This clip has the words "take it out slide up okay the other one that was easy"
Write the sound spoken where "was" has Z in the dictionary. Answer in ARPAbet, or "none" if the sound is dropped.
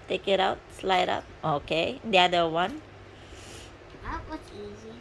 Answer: S